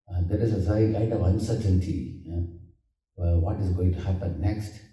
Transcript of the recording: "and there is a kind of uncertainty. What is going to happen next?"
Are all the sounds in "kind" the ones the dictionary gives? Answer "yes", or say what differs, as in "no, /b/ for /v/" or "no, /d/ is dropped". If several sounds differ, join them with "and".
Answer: no, /n/ is dropped